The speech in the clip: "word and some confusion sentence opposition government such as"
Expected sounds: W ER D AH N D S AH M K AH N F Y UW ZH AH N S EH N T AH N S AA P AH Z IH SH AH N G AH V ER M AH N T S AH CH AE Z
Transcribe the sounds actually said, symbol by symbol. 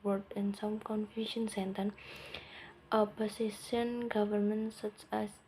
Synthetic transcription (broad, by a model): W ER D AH N S AH M K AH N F Y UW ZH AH N S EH N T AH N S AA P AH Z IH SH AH N G AH V ER M AH N T S AH CH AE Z